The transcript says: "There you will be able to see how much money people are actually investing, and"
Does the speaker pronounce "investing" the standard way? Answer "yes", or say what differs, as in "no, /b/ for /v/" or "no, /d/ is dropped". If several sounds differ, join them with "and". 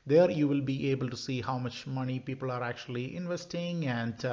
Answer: yes